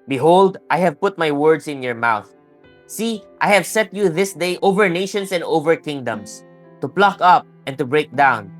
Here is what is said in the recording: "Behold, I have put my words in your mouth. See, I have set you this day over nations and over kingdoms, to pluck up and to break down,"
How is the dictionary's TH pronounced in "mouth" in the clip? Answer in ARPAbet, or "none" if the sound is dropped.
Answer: TH